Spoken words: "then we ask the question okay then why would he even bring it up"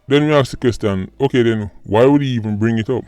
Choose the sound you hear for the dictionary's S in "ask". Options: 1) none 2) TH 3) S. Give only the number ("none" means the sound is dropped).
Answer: 1